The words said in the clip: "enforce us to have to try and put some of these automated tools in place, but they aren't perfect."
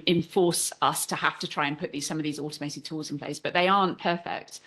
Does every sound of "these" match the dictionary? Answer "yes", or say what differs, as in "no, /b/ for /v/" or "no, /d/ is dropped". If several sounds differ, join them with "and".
yes